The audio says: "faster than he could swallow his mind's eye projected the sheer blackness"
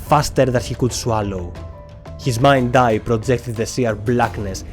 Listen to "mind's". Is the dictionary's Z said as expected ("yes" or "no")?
no